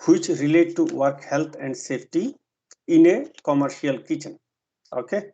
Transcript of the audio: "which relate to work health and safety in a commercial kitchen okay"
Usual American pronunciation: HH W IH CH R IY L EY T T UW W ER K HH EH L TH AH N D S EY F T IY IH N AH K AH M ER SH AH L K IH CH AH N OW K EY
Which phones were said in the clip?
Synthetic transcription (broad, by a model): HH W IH CH R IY L EY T T UW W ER K HH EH L T AH N D S EY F T IY IH N AH K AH M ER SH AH L K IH CH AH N OW K EY